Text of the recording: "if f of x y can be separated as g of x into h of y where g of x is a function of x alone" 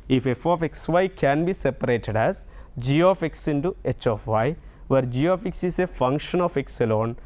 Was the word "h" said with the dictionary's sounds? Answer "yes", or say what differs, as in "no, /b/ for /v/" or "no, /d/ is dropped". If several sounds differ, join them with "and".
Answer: yes